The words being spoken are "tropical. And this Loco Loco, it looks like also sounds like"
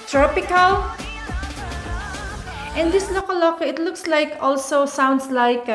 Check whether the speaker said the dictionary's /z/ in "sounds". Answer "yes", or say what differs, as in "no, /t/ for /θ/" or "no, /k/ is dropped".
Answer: no, /s/ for /z/